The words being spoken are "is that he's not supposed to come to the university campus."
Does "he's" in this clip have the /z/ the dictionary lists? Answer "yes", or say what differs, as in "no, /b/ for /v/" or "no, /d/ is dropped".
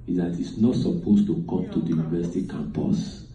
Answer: no, /s/ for /z/